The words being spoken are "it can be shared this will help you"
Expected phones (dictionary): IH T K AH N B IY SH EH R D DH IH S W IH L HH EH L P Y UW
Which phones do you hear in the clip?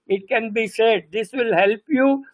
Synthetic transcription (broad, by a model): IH T K AH N B IY S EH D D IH S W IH L HH EH L P Y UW